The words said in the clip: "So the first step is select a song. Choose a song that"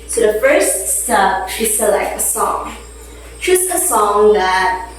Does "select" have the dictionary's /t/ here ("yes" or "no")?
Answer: no